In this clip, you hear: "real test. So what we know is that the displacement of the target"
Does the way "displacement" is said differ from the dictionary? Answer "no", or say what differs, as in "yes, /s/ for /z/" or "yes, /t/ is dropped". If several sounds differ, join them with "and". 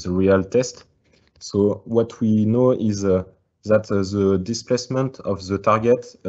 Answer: no